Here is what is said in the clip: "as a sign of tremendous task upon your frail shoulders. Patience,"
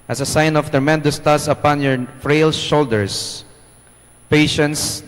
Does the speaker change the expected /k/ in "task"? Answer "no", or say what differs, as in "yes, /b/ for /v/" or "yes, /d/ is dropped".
yes, /k/ is dropped